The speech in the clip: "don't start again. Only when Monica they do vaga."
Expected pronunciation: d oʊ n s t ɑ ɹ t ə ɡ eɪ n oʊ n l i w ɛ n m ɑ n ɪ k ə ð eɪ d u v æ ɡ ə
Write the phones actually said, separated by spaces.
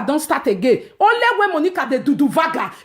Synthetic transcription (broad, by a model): d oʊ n s t ɑ t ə ɡ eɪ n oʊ l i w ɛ m ɑ n ɪ k ə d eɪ d u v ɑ ɡ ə